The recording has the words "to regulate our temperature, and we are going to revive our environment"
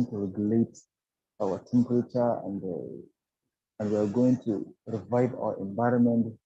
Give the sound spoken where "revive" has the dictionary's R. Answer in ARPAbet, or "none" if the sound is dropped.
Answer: R